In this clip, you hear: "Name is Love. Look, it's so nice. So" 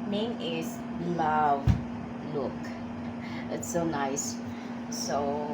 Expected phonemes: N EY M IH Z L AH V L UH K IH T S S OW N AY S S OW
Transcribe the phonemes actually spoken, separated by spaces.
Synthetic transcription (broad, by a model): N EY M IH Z L AH V L UH K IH T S S OW N AY S S OW